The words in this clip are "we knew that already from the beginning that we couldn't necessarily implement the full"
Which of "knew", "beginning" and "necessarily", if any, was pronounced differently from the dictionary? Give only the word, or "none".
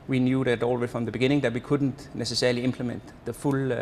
necessarily